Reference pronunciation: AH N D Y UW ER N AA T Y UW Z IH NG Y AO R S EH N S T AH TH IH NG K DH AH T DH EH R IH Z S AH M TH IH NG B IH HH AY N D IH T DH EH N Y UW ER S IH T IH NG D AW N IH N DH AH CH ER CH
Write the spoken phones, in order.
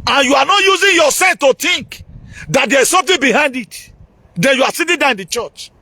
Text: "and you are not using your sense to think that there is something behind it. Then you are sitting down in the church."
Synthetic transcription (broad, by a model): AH N Y UW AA N AA T Y UW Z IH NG Y AO S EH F T AH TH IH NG K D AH T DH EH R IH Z S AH M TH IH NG B IH HH AY N D IH T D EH N Y UW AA S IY T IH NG D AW IH N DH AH CH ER CH